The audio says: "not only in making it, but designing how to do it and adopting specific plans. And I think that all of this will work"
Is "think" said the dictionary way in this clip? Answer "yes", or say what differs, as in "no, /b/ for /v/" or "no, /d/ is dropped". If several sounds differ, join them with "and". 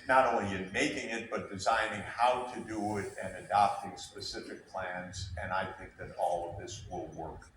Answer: yes